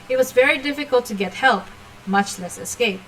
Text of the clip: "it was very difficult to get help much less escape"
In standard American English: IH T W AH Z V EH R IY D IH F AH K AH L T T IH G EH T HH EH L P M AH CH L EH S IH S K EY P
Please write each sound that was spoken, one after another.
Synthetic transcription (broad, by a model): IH T W AH Z V EH R IY D IH F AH K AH L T T IH G EH T HH EH L P M AH CH L EH S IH S K EY P